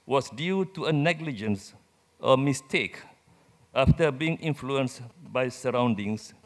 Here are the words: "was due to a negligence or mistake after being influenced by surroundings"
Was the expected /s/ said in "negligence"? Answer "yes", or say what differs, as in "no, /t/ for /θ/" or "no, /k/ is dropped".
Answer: yes